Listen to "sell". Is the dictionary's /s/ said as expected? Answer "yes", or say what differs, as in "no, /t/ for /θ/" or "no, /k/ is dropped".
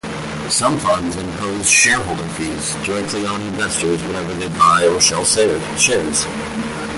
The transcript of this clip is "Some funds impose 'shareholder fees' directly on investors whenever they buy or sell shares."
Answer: no, /ʃ/ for /s/